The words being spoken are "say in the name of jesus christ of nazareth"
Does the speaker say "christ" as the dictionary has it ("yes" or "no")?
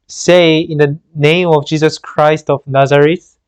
yes